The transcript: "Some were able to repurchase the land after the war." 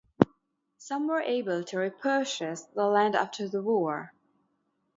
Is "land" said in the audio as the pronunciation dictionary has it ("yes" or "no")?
yes